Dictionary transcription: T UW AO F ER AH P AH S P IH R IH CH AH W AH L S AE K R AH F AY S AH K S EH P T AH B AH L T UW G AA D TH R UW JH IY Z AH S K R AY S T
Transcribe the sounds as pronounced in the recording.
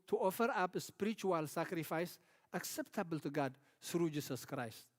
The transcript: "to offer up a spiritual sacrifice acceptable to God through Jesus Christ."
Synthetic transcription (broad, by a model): T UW AO F ER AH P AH S P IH R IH CH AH W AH L S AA K R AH F AY S AH K S EH P T AH B AH L T UW G AA D S R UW JH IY S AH S K R AY S T